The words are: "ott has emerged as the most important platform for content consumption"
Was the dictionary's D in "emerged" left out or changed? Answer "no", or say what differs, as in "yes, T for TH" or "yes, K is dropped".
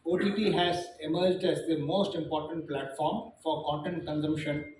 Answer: no